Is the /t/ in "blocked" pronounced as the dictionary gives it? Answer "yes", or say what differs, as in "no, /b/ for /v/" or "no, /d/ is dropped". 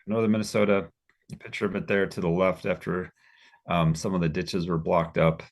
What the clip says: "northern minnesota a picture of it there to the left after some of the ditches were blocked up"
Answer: yes